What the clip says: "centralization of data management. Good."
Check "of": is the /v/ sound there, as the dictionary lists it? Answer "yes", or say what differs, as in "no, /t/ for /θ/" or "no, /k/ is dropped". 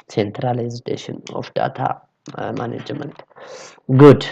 no, /f/ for /v/